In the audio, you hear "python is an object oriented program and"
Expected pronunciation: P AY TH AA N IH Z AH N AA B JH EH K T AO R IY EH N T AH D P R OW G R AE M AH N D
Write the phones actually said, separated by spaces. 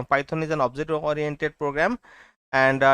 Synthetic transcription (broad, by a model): P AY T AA N IH Z AH N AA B Z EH T AO R IY EH N T AH D P R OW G R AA M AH N D